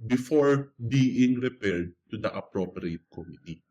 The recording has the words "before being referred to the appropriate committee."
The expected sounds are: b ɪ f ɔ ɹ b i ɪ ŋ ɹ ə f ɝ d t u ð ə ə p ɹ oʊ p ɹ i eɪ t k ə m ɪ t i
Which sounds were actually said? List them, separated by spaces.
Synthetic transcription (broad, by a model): b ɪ f ɔ ɹ b i ɪ ŋ ɹ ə p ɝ d t u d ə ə p ɹ oʊ p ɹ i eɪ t k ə m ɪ t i